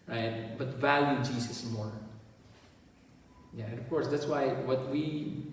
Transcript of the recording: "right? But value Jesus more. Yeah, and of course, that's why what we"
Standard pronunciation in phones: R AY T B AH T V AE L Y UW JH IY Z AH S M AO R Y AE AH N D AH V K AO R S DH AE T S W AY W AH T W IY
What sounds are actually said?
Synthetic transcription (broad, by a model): R AY T B AH T V AE L Y UW JH IY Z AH S M AO R Y AE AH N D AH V K AO R S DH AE T S W AY W AH T W IY